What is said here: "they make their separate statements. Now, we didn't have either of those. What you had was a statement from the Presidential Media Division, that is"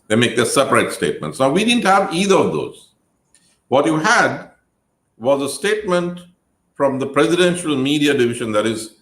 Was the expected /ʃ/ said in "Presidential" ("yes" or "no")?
yes